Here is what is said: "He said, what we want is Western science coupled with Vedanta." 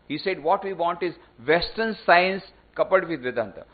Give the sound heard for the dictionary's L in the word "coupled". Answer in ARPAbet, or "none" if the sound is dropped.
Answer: none